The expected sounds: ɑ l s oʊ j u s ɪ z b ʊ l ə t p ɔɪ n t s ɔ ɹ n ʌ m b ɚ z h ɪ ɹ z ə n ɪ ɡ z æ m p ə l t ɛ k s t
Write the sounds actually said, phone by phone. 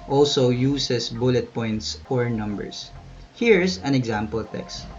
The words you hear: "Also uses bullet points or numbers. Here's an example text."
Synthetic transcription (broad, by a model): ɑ l s oʊ j u s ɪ s b ʊ l ə t p ɔɪ n t s ɔ ɹ n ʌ m b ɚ s h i ɹ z ə n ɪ ɡ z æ m p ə l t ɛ k s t